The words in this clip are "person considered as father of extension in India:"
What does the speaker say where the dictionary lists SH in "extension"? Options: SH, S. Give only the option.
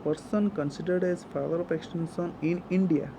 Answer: S